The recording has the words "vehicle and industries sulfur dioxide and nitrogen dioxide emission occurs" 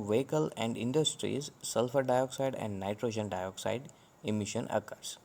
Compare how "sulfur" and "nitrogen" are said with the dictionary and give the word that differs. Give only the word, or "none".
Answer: none